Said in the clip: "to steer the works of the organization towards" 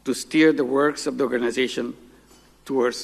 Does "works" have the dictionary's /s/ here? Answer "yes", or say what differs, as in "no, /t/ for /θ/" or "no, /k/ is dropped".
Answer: yes